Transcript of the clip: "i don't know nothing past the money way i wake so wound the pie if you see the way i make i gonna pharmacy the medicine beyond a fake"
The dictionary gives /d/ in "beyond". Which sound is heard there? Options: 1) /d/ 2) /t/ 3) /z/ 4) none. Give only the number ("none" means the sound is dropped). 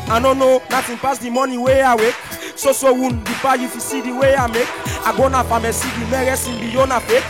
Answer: 4